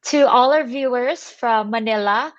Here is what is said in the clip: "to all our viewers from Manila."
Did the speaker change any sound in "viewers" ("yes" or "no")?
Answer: no